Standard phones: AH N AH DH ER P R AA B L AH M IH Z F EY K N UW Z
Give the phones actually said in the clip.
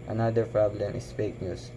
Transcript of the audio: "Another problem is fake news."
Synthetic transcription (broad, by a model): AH N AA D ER P R AA B L AH M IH S F EY K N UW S